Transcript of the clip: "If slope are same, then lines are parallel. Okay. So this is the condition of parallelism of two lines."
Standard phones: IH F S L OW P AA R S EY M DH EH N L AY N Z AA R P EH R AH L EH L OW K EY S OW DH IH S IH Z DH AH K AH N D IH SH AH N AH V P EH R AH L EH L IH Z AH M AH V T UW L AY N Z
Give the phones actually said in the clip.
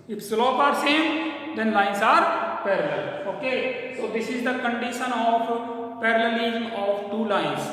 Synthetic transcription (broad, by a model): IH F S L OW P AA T S EY M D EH N L AY N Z AA R P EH R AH L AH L OW K EY S OW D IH S IH Z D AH K AH N D IH SH AH N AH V P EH R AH L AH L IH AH AH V T UW L AY N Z